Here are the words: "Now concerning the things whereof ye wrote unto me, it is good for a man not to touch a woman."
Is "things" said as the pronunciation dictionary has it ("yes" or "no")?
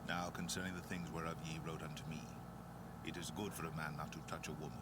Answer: yes